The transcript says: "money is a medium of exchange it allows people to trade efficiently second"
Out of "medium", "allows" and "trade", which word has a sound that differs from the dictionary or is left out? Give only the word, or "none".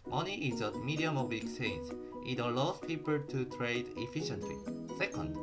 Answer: allows